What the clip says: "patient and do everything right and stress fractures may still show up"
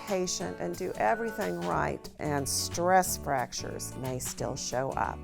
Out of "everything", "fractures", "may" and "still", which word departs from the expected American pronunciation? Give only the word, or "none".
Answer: none